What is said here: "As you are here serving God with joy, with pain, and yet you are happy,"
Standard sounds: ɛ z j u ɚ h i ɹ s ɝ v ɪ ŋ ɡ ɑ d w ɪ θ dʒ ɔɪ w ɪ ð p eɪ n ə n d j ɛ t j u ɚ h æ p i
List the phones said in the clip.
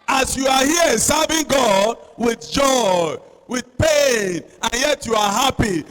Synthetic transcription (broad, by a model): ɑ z j u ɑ h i s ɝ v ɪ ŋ ɡ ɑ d w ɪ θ dʒ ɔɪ w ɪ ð p eɪ n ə n j ɛ t j u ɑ h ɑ p i